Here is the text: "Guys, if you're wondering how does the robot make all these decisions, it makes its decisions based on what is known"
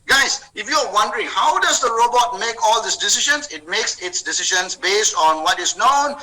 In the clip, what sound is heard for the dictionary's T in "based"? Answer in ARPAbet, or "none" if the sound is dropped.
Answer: T